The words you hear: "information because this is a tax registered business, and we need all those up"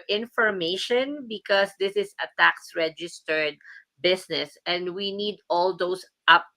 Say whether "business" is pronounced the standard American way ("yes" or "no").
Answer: no